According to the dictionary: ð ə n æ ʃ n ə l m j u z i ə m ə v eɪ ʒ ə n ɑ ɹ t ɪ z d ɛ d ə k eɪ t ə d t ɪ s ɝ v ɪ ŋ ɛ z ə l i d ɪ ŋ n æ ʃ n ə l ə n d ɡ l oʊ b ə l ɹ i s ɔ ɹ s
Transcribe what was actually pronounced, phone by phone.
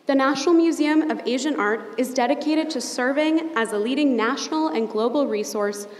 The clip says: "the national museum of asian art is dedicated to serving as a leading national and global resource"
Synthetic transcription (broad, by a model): ð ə n æ ʃ n l m j u z i ə m ə v eɪ ʒ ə n ɑ ɹ t ɪ z d ɛ d ə k eɪ t ə d t ɪ s ɝ v ɪ ŋ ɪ z ə l i d ɪ ŋ n æ ʃ n l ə n ɡ l oʊ b l ɹ i s ɔ ɹ s